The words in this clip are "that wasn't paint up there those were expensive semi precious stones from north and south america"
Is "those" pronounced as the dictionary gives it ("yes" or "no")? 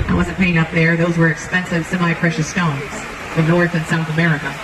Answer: yes